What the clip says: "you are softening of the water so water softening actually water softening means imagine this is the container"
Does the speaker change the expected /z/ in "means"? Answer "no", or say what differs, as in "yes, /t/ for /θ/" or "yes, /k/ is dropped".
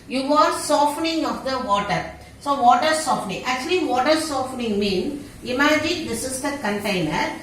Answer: yes, /z/ is dropped